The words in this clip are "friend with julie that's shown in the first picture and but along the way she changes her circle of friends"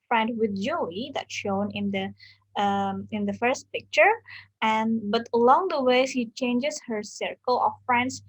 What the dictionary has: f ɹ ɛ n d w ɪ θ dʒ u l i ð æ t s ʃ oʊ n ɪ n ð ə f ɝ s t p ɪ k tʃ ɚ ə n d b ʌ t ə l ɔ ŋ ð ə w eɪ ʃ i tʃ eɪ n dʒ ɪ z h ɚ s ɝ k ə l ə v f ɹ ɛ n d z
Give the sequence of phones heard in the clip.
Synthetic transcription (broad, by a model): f ɹ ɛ n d w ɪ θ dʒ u i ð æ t ʃ oʊ n ɪ n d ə f ɝ s t p ɪ k tʃ ɚ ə n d b ʌ t ə l ɔ ŋ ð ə w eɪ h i tʃ eɪ n dʒ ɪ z h ɚ s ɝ k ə l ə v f ɹ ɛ n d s